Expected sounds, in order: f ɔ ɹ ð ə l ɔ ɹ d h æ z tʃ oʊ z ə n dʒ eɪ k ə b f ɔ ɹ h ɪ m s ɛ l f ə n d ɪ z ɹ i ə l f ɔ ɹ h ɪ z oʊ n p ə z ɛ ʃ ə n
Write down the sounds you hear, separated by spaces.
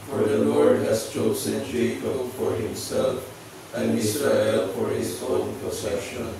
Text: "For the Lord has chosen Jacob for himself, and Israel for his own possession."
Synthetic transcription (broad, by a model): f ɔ ɹ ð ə l ɔ ɹ d h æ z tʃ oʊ s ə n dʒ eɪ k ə f ɔ ɹ h ɪ m s ɛ l f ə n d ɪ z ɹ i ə l f ɔ ɹ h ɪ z oʊ n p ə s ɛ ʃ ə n